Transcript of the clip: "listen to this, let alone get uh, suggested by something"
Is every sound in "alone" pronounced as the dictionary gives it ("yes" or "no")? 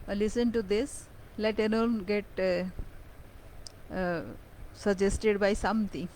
no